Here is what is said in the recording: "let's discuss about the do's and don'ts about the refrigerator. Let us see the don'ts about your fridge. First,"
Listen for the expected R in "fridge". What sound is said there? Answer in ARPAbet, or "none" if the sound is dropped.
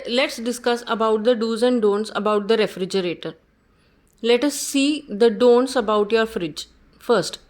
R